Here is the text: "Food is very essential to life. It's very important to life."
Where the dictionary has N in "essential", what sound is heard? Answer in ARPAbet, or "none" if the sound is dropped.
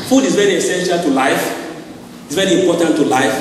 N